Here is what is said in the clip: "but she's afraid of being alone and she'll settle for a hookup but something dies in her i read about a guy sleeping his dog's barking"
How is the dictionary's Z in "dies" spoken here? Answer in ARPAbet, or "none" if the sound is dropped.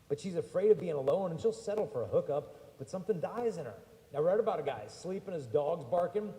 Z